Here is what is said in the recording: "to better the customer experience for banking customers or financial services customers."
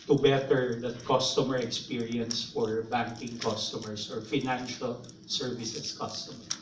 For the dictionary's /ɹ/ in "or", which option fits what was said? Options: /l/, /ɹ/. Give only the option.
/ɹ/